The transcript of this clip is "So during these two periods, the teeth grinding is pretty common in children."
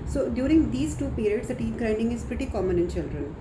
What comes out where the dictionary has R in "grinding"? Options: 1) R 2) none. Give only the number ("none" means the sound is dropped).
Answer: 1